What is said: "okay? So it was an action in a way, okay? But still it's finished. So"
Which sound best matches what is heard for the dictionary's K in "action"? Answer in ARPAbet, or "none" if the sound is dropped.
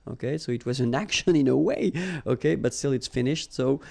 K